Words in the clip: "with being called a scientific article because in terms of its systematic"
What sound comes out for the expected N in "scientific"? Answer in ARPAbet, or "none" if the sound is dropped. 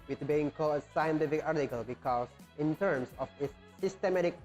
N